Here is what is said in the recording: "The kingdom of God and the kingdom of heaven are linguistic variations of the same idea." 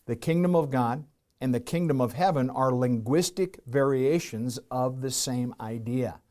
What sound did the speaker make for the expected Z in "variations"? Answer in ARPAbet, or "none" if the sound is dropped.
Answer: Z